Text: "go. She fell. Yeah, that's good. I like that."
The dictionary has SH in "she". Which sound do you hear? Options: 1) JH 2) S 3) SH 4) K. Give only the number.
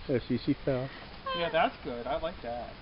2